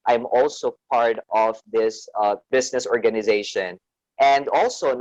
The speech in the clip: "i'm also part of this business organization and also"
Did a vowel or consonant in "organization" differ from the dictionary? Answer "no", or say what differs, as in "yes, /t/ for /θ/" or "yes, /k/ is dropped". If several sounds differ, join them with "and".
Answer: no